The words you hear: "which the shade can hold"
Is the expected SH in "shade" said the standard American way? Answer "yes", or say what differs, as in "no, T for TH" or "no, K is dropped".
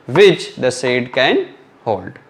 no, S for SH